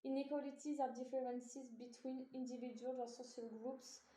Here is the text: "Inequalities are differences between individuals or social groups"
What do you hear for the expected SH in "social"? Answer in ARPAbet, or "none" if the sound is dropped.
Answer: S